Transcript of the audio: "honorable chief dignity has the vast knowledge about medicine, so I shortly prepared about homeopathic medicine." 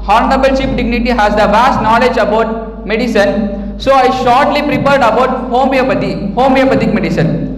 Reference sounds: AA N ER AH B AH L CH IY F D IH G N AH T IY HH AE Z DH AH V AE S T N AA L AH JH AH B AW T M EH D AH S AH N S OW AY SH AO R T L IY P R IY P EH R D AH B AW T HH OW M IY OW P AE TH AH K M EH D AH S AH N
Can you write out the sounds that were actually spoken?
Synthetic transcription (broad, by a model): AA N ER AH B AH L SH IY P D IH G N AH T IY HH AE Z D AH V AE S T N AA L AH JH AH B AW T M EH D AH S AH N S OW AY SH AO R T L IY P R IY P EH R D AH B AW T HH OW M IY OW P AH T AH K M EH D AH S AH N